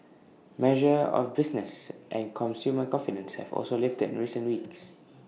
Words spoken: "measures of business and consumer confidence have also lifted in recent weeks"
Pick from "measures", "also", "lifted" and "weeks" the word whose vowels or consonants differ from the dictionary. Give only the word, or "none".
measures